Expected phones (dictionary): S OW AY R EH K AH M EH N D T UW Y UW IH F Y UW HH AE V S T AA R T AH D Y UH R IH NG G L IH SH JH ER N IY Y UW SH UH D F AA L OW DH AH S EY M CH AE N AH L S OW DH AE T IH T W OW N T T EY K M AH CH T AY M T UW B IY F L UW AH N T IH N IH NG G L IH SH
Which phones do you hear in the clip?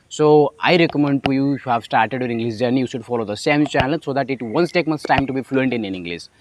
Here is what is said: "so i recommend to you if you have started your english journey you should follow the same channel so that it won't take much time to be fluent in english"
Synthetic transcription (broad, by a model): S OW AY R EH K AH M EH N D T UW Y UW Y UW HH AE V S T AA R T AH D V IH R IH NG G L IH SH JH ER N Y UW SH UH D F AA L OW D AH S EY M CH AE N AH L S OW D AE T IH T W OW N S T EY K M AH S T AY M T UW B IY F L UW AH N T IH N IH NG G L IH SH